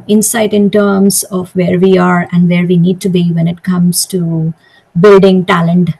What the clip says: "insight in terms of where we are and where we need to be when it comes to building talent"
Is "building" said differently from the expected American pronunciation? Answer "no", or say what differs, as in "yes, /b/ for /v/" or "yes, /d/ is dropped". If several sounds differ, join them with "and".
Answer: no